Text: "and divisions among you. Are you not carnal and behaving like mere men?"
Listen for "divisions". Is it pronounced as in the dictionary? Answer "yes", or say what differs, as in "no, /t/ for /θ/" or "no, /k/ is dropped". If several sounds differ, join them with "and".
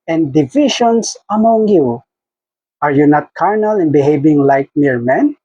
no, /ʃ/ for /ʒ/ and /s/ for /z/